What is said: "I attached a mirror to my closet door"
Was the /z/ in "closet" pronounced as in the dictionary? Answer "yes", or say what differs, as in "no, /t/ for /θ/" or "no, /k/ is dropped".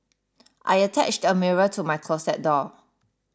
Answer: no, /s/ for /z/